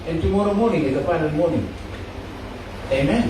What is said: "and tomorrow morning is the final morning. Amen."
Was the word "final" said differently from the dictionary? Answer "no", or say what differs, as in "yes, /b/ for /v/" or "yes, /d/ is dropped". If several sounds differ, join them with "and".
yes, /p/ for /f/